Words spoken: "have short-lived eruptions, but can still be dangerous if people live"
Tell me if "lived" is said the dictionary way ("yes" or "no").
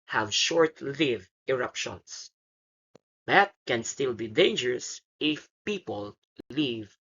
no